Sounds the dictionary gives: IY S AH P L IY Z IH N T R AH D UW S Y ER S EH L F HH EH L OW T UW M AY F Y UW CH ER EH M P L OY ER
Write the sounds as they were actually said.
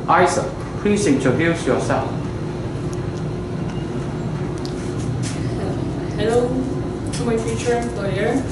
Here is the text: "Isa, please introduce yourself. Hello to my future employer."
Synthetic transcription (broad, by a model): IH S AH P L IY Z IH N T AH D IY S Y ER S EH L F HH EH L OW T UW M AY F Y UW CH ER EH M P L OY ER